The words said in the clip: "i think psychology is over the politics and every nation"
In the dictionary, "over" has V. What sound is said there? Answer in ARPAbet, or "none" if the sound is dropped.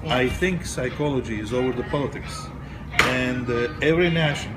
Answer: V